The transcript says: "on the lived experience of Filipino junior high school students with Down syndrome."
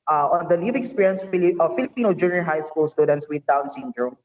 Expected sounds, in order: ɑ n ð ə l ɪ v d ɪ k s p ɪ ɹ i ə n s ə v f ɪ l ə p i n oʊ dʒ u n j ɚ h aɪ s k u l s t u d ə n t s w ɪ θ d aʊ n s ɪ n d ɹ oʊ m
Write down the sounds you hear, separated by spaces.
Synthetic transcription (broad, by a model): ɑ n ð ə l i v ɪ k s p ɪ ɹ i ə n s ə f ɪ l ə p i n oʊ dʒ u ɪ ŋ h aɪ s k u l s t u d ə n t s w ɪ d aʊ n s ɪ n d ɹ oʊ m